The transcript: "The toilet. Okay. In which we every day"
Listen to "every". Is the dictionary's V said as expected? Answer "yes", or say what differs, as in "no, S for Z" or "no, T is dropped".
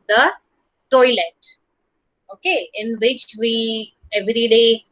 yes